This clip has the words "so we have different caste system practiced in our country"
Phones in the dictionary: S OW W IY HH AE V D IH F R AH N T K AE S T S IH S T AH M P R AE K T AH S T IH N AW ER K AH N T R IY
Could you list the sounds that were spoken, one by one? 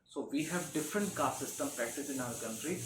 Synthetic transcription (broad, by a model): S OW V IY HH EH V D IH F R AH N T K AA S S IH S T AH M P AE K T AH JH IH N AW ER K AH N T R IY